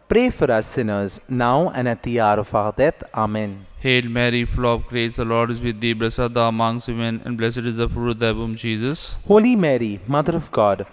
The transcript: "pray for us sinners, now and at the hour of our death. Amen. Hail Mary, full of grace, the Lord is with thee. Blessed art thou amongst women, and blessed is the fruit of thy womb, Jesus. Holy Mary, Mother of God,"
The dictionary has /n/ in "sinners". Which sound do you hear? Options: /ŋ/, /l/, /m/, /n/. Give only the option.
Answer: /n/